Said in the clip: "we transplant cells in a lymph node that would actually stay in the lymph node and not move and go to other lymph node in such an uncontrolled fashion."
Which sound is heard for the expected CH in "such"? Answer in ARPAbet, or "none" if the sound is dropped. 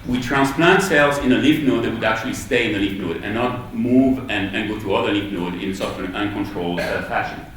none